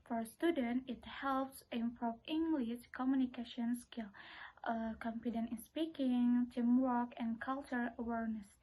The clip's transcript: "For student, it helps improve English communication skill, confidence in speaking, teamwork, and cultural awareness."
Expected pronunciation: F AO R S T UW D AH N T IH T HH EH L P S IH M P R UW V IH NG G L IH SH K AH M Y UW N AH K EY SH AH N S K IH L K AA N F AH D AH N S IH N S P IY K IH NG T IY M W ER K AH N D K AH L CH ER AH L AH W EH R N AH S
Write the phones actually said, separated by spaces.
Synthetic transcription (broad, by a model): F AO R S T UW D AH N T IH T HH EH L P S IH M P R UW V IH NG G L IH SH K AH M Y UW N AH K EY SH AH N S K IH L K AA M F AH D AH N IH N S P IY K IH NG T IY M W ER K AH N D K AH L CH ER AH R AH W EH R N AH S